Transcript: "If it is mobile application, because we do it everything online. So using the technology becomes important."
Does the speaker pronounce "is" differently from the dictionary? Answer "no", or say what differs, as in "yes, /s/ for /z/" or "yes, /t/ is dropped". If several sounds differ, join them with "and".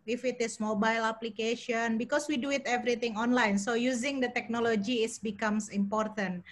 yes, /s/ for /z/